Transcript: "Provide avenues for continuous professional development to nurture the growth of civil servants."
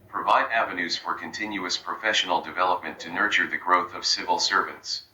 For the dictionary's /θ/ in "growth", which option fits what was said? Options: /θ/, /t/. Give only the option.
/θ/